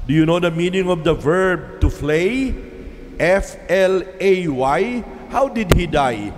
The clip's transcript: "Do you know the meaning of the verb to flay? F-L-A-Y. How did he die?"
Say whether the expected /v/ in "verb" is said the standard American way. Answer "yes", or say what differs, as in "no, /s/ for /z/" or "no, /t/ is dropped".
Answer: yes